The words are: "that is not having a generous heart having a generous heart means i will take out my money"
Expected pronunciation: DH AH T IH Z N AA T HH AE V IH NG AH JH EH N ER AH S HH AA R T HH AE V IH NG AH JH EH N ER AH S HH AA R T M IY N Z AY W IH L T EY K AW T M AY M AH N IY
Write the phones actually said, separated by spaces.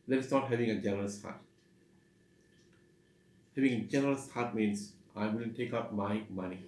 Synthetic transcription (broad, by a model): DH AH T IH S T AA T HH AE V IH NG AH JH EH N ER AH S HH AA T HH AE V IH NG AH JH EH N ER AH S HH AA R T M IY N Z AY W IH N T EY K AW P M AY M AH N IY